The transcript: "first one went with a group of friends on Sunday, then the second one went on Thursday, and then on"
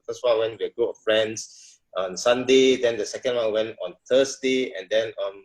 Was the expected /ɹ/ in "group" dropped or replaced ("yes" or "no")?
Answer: yes